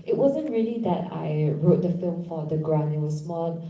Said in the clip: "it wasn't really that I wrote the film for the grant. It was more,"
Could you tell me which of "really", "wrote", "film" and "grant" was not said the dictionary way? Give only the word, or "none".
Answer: grant